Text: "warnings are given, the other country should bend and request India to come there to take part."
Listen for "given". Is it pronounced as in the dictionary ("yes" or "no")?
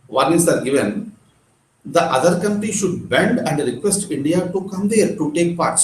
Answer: yes